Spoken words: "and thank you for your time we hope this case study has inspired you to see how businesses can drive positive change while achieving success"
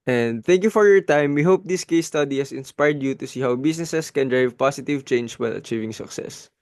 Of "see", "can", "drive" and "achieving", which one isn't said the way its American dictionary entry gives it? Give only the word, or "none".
none